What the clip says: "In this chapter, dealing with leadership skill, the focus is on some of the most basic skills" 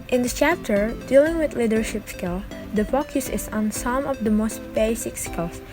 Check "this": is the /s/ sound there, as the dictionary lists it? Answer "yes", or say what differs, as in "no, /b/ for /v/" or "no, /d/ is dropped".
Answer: no, /s/ is dropped